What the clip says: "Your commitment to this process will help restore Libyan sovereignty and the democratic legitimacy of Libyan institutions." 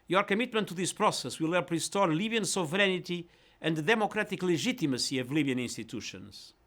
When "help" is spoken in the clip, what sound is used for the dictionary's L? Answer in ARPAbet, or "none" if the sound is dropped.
none